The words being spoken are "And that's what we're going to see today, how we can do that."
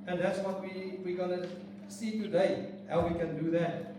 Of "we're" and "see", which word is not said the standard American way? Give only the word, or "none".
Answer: we're